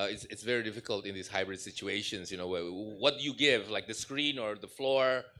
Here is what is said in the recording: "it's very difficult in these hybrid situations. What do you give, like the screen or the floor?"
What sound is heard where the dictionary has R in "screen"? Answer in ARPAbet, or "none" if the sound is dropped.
R